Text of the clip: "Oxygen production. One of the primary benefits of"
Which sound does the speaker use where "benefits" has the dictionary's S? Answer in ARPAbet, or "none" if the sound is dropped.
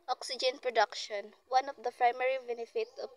none